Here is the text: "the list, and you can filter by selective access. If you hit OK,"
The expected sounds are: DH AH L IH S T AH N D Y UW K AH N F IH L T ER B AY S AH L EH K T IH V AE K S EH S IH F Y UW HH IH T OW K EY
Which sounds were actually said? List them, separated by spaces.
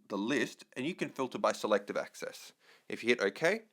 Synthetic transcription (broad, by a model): DH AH L IH S T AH N Y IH K AH N F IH L T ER B AY S AH L EH K T IH V AE K S EH S IH F Y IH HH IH T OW K EY